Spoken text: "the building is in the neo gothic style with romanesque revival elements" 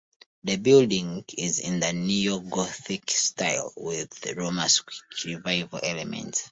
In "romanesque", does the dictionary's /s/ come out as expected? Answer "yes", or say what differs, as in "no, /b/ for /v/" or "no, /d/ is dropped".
no, /s/ is dropped